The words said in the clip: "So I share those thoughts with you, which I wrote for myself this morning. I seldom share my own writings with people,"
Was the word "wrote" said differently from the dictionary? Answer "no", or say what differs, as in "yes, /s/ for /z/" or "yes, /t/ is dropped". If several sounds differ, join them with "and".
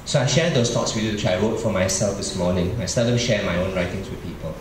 yes, /w/ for /ɹ/